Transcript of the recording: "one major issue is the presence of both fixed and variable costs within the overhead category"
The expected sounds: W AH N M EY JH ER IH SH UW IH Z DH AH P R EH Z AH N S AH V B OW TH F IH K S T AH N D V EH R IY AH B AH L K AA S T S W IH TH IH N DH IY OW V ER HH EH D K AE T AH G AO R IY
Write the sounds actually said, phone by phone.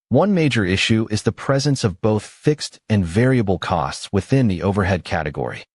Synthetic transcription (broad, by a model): W AH N M EY JH ER IH SH UW IH Z DH AH P R EH Z AH N S AH V B OW TH F IH K S T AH N V EH R IY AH B L K AA S T S W IH TH IH N DH IY OW V ER HH EH D K AE T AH G AO R IY